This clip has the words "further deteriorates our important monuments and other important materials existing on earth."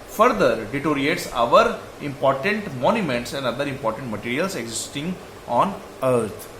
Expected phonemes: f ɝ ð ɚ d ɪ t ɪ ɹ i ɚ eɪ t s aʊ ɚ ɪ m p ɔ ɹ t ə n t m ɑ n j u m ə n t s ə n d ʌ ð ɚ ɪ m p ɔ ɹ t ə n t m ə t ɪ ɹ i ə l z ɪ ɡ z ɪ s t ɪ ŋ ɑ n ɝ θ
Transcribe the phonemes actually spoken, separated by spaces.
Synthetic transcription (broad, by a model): f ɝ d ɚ d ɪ t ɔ ɹ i eɪ t s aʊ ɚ ɪ m p ɔ ɹ t ə n t m ɑ n j u m ə n t s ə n d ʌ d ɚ ɪ m p ɔ ɹ t ə n t m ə t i ɹ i ə l s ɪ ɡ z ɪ s t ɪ ŋ ɑ n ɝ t